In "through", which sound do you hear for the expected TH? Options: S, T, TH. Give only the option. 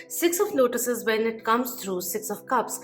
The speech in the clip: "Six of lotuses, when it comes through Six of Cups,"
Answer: T